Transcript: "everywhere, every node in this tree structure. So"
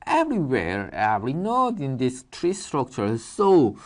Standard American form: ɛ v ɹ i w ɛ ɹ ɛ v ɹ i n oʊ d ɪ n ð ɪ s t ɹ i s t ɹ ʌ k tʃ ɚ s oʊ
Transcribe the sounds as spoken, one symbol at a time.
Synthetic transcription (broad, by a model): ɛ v ɹ i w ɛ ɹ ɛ ɹ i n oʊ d ɪ n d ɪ s t ɹ i s t ɹ ʌ k tʃ ɚ s oʊ